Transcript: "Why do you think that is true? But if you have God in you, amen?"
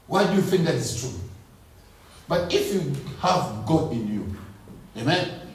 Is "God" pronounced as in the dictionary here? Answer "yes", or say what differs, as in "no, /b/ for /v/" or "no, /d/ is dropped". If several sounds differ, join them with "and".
no, /d/ is dropped